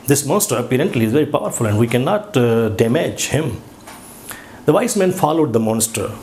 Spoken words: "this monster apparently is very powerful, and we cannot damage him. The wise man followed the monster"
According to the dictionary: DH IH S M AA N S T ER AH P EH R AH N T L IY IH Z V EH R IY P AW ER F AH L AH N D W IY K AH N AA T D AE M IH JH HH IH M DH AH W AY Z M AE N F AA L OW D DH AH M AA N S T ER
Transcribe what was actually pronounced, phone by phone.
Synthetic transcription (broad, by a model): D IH S M AA N S T ER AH P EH R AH N T L IY IH Z V EH R IY P AW ER F AH L AH N D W IY K AH N AA T D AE M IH JH HH IH M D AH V AY S M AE N F AA L OW D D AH M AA N S T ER